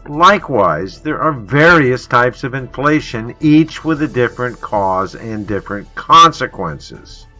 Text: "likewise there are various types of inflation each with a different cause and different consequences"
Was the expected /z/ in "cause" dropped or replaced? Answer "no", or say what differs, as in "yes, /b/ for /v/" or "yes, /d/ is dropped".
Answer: no